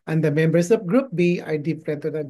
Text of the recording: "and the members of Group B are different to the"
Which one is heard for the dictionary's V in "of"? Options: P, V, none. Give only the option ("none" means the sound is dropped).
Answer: P